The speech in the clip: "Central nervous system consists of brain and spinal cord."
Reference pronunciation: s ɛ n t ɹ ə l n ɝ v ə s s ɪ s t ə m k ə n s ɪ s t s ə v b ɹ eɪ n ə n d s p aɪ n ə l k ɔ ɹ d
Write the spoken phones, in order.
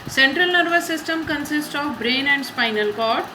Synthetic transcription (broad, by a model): s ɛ n t ɹ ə l n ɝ v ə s s ɪ s t ə m k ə n s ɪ s t ə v b ɹ eɪ n ə n d s p aɪ n ə l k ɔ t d